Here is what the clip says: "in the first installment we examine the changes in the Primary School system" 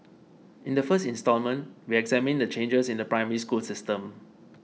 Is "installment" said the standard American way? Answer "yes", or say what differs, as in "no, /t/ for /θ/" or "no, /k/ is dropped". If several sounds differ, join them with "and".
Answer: yes